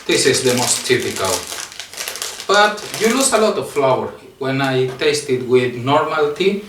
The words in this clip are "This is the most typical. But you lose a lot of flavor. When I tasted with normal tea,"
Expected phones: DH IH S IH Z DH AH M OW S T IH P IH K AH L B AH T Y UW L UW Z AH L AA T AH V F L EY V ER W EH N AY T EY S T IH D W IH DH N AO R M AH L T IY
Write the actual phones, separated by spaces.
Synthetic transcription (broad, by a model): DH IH S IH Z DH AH M OW S T IH P IH K AH L B AH T Y UW L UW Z AH L AA T AH V F L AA W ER W EH N AY T EY S T IH D W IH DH N AO R M AH L T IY